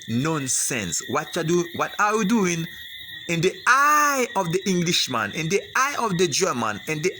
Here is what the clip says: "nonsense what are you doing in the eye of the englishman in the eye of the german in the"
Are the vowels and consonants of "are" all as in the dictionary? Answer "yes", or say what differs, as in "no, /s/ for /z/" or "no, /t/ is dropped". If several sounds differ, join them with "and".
no, /w/ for /ɹ/